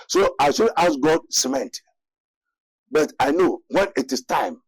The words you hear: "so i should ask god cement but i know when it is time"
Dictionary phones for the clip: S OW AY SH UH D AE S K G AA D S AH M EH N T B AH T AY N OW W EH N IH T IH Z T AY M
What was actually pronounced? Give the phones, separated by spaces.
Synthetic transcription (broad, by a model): S OW AY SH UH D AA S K G AA D S AH M EH N T B AH T AY N OW W EH N IH T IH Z T AY M